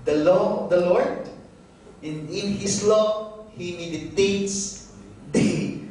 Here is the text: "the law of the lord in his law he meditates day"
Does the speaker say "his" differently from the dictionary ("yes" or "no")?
yes